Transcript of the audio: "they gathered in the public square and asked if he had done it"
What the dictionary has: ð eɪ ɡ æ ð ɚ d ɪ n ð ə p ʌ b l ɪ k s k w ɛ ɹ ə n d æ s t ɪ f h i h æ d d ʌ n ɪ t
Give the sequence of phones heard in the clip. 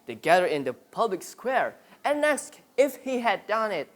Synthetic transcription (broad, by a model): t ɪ ɡ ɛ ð ɚ ɪ n ð ə p ʌ b l ɪ k s k w ɛ ɹ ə n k s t ɪ f h i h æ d d ʌ n ɪ t